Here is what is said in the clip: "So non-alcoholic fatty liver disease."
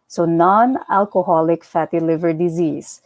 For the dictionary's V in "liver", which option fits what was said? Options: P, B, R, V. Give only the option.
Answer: V